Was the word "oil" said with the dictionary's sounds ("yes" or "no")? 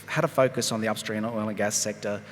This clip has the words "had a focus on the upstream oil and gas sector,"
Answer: no